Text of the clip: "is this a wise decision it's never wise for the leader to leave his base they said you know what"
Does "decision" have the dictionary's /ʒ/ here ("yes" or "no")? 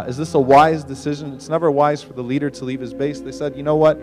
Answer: yes